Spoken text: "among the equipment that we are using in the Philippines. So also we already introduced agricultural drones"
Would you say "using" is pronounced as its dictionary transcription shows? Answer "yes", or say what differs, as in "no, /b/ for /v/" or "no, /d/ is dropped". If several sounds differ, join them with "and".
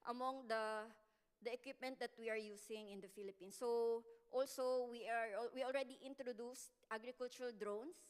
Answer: no, /s/ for /z/